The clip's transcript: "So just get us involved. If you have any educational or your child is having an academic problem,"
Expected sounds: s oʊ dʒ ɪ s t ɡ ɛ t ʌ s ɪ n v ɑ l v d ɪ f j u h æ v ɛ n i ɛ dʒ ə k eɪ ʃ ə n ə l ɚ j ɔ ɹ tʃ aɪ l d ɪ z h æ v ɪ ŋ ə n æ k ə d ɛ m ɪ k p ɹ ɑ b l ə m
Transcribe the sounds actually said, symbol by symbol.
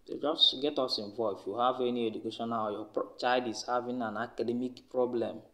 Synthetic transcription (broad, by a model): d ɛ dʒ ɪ s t ɡ ɛ t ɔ s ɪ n v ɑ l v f j u h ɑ v ɛ n i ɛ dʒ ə k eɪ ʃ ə n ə j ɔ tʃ aɪ d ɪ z h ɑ v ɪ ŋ ə n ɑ k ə d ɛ m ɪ k p ɹ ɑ b l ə m